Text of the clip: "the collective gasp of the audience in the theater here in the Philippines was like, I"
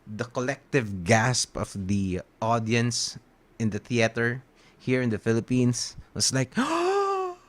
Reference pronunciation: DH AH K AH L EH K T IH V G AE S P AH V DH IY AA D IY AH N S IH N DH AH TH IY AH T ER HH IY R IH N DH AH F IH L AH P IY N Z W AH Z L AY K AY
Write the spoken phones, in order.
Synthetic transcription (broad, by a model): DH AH K AH L EH K T IH V G AE S P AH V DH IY AA D IY AH N S IH N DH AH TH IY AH T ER HH IY R IH N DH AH F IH L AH P IY N S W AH S L AY K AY